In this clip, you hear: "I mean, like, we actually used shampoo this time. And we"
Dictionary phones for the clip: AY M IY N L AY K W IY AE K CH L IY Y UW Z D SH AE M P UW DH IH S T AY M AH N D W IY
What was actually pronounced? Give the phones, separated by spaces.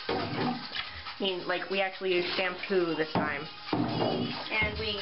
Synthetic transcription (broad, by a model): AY M IY N L AY K W IY AE K CH IY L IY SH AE M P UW DH IH S T AY M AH N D W IY